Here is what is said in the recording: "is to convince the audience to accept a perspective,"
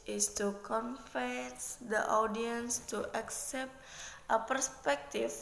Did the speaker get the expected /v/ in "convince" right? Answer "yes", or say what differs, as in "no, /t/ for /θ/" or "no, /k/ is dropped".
no, /f/ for /v/